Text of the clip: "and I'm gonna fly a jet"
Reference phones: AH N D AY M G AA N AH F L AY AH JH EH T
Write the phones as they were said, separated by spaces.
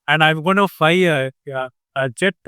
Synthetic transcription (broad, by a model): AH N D AY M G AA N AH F AY AH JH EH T